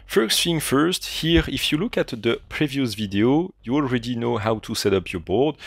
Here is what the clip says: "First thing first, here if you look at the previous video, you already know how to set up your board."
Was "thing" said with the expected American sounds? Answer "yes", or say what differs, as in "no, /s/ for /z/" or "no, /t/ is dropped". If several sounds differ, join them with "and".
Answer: no, /f/ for /θ/